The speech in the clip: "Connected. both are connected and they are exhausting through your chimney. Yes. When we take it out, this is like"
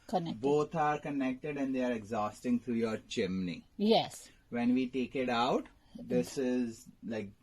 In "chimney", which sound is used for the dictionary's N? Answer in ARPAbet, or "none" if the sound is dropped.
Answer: N